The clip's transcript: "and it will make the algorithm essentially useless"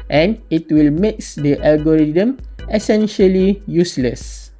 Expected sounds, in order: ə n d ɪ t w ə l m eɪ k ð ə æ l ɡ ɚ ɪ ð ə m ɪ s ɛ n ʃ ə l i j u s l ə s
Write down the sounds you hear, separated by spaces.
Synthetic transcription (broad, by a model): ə n ɪ t w ə l m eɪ k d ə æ l ɡ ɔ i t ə m ɪ s ɛ n ʃ ə l i j u s l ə s